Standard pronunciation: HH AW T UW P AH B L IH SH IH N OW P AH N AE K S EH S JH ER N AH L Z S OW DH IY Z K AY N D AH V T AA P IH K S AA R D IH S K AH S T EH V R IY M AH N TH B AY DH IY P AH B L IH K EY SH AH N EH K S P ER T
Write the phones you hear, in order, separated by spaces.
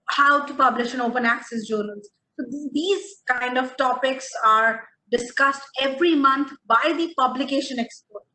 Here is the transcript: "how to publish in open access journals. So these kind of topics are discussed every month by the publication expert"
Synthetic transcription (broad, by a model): HH AW T UW P AH B L IH SH IH N OW P AH N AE K S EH S JH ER N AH L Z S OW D IY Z K AY N D AH V T AA P IH K S AA R D IH S K AH S T EH V R IY M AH N T B AY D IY P AH B L IH K EY SH AH N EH K S P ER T